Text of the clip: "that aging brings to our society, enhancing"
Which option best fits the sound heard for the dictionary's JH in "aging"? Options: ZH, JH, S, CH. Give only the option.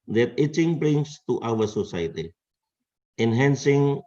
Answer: CH